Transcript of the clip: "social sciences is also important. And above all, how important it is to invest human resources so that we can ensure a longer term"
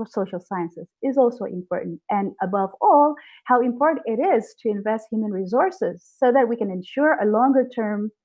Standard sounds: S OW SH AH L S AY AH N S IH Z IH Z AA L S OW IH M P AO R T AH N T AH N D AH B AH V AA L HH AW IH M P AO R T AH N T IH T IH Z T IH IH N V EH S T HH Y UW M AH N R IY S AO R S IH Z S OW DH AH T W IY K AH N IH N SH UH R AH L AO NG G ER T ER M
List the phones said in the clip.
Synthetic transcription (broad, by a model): S OW SH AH L S AY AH N S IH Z IH Z AA L S OW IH M P AO R T N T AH N AH B AH V AA L HH AW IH M P AO R T N T IH T IH Z T IH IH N V EH S T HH Y UW M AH N R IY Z AO R S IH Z S OW DH AH T W IY K AH N IH N SH UH R AH L AO NG G ER T ER M